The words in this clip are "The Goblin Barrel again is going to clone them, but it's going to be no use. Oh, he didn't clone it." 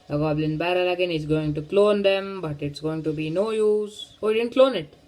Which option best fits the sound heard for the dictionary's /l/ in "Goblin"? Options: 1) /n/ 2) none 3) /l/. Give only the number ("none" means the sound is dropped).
3